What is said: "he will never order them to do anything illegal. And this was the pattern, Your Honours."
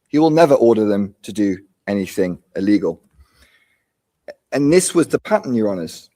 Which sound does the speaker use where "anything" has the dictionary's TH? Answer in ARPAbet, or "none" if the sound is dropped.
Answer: TH